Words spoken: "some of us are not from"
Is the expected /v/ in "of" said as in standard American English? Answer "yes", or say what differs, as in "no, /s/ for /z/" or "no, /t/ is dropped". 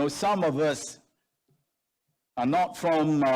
yes